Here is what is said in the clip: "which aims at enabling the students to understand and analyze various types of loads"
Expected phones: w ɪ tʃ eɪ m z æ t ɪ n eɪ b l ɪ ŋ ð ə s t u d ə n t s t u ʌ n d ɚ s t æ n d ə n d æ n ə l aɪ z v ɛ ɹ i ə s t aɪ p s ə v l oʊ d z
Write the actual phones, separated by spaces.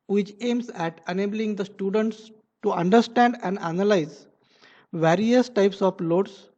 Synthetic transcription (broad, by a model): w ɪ tʃ eɪ m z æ t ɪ n eɪ b l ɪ ŋ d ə s t u d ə n t s t u ʌ n d ɚ s t æ n d ə n d æ n ə l aɪ z v ɛ ɹ i ə s t aɪ p s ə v l oʊ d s